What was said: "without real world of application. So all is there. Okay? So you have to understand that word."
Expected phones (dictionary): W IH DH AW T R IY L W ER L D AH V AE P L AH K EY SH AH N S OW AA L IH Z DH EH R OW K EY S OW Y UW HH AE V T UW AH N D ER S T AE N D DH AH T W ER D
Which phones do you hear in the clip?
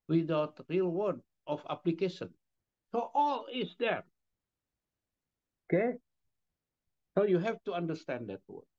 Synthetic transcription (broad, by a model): W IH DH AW T R IY L W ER D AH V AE P L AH K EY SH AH N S OW AA L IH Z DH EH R OW K EY S OW Y UW HH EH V T UW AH N D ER S T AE N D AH T W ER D